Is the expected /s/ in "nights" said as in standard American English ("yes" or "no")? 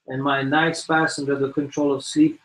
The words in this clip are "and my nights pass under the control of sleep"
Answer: yes